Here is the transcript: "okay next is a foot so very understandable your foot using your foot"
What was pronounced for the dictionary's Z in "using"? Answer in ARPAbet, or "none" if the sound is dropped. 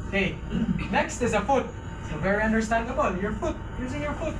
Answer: Z